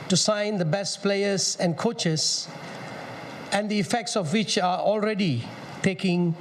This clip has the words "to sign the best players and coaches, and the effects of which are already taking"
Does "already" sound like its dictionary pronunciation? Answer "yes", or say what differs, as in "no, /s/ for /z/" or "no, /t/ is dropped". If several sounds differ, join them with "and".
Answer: yes